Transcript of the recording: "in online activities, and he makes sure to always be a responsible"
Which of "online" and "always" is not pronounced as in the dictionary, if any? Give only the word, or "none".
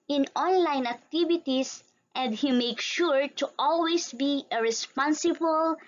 always